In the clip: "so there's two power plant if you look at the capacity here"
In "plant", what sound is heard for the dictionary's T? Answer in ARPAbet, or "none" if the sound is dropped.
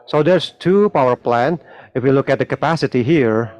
none